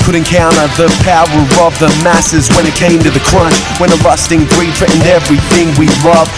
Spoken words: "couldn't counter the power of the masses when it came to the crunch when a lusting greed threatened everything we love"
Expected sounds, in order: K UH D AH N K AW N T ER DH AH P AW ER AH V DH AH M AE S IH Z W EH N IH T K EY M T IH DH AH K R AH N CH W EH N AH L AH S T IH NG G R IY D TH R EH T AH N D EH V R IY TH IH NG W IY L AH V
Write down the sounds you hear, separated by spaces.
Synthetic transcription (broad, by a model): K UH D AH N K AW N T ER DH AH P AW ER AH V DH AH M AE S IH Z W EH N IH T K EY M T IH DH AH K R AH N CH W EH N AH L AH S T IH NG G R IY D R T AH N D EH V R IY TH IH NG W IY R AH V